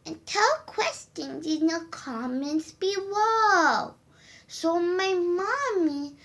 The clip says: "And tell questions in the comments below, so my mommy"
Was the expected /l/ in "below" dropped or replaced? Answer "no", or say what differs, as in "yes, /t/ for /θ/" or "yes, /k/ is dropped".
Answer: yes, /w/ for /l/